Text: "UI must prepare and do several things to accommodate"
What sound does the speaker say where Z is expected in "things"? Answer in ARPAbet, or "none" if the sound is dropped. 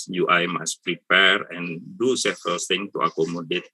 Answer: none